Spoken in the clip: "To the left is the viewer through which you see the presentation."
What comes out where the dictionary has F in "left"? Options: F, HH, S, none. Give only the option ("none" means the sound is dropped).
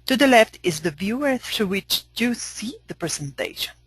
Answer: F